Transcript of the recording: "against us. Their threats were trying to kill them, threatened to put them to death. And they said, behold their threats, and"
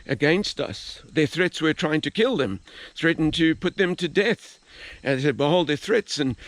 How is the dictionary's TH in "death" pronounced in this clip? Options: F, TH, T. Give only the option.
TH